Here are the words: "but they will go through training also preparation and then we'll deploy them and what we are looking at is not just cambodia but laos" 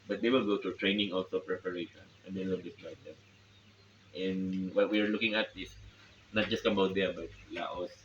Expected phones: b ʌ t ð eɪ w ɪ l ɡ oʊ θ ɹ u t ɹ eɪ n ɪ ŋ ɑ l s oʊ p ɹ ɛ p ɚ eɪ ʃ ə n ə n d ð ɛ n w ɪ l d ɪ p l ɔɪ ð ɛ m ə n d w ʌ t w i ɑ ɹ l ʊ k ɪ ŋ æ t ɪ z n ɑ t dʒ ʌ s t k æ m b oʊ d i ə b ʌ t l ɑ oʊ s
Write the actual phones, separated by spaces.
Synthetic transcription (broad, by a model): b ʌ t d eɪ w ɪ l ɡ oʊ t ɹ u t ɹ eɪ n ɪ ŋ ɑ l s oʊ p ɹ ɛ p ɚ eɪ ʃ ə n ə n d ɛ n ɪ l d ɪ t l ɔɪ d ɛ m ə n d w ʌ t w i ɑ ɹ l ʊ k ɪ ŋ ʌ t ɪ s n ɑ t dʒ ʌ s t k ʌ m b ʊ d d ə b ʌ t l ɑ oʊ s